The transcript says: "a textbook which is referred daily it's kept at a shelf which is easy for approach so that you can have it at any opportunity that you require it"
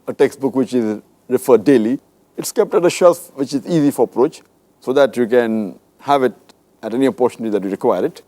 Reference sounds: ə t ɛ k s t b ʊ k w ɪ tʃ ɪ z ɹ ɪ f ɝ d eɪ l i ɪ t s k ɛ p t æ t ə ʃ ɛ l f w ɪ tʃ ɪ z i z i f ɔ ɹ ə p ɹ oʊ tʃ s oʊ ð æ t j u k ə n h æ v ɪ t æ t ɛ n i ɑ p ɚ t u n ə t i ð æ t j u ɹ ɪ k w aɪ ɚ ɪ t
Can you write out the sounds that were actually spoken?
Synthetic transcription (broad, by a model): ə t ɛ k s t b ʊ k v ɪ tʃ ɪ z ɹ ɪ f ɝ d eɪ l i ɪ t s k ɛ p t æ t ə ʃ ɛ l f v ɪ tʃ ɪ z i z i f ɔ ɹ ə p ɹ oʊ tʃ s oʊ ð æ t j u k ə n h æ v ɪ t æ t ɛ n i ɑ p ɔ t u n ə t i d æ t j u ɹ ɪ k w aɪ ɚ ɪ t